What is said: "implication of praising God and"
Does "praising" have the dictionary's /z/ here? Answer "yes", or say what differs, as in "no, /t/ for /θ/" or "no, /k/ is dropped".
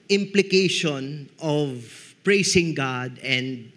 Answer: no, /s/ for /z/